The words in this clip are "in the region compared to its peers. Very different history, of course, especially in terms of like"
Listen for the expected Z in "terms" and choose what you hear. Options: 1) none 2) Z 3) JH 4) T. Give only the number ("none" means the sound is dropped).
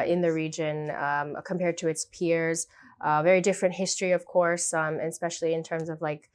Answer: 2